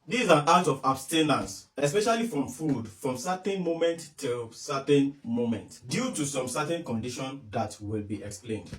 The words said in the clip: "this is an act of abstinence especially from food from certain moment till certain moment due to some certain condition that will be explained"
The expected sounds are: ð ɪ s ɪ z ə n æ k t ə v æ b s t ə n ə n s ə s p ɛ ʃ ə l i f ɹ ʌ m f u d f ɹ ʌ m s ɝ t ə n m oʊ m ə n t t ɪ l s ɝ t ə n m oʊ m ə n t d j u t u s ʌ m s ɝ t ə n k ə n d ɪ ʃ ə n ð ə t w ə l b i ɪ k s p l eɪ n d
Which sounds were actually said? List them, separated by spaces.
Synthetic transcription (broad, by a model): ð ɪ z ə n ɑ t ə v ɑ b s t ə n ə n s ə s p ɛ ʃ ə l i f ɹ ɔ m f u d f ɹ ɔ m s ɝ t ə n m oʊ m ə n t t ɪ l s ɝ t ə n m oʊ m ə n t d j u t u s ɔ m s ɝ t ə n k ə n d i ʃ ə n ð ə t w ə l b i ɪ k s p l eɪ n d